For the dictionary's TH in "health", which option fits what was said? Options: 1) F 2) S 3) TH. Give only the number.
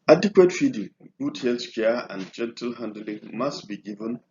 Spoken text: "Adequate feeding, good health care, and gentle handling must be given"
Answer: 2